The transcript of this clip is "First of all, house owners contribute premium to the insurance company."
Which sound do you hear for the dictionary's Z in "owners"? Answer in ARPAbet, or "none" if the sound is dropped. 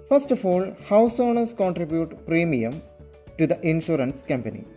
S